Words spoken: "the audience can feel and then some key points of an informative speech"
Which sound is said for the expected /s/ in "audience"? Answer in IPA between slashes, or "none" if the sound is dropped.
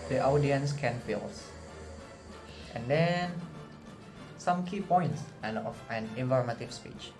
/s/